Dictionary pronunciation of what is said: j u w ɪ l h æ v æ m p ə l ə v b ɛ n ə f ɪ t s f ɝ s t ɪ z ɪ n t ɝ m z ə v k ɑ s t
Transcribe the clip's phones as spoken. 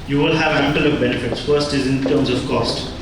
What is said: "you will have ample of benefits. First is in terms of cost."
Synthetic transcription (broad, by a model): j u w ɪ l h æ v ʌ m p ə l ə v b ɛ n ə f ɪ t s f ɝ s t ɪ z ɪ n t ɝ m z ə v k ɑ s t